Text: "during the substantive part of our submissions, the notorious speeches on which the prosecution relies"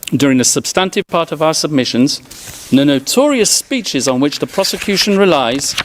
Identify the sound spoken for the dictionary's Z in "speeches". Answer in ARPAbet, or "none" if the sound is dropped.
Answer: Z